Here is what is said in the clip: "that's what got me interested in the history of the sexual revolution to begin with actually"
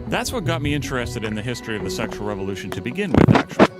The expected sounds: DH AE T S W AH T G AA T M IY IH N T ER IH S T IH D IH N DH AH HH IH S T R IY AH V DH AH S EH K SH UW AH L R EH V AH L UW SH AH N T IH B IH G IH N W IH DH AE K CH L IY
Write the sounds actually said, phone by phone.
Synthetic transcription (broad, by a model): DH AE T S W AH T G AA T M IY IH N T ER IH S T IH D IH N DH AH HH IH S T R IY AH V DH AH S EH K SH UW L R EH V AH L UW SH AH N T IH B IH G IH N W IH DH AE K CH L